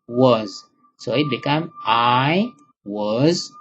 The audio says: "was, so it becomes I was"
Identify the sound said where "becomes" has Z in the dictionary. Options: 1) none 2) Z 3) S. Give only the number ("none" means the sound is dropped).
1